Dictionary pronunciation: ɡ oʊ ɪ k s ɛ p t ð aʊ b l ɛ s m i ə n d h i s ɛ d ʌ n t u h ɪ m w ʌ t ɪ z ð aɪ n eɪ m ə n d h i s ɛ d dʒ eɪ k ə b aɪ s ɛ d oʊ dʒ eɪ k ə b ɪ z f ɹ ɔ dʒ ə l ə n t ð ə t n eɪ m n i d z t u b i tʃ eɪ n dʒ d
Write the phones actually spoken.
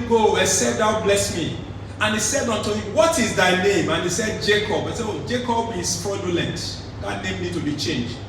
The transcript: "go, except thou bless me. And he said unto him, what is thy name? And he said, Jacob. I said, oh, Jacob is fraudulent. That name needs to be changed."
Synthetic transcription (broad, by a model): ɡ oʊ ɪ s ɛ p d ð aʊ b l ɛ s m i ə n h i s ɛ d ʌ n t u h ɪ m w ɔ t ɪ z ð aɪ n eɪ m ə n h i s ɛ d dʒ eɪ k ə b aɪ s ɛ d oʊ dʒ eɪ k ə b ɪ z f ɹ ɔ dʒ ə l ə n t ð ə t n eɪ m n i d t u b i tʃ eɪ n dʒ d